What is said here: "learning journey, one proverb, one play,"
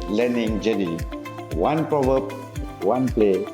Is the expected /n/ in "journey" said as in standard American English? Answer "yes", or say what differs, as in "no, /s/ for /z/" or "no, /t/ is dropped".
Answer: no, /n/ is dropped